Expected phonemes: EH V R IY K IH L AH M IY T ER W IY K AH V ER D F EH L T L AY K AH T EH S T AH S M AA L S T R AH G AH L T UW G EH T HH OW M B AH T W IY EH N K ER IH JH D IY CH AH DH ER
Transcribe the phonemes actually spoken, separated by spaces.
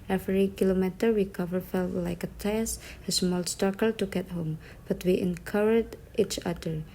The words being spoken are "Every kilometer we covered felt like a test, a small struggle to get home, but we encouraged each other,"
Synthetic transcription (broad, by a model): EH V R IY K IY L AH M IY T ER W IY K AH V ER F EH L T L AY K AH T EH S AH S M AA L S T AA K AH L T UW G EH T HH OW M B AH T W IY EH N K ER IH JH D IY CH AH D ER